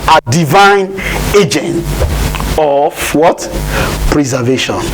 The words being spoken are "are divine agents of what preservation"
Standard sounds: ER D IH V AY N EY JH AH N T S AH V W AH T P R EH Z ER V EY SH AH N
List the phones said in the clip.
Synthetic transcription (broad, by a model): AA D IH V AY N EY JH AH N T AH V W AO T P R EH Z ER V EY SH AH N